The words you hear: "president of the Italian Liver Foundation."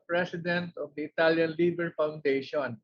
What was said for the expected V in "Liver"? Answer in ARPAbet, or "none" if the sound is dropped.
B